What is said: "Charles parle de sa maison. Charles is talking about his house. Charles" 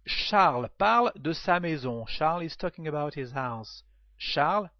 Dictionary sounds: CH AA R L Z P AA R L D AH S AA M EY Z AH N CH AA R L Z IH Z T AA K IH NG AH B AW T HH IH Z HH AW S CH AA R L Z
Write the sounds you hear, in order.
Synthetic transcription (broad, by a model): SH AA R L P AA R L D AH S AA M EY Z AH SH AA R L IH Z T AA K IH NG AH B AW T HH IH Z HH AW S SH AA R L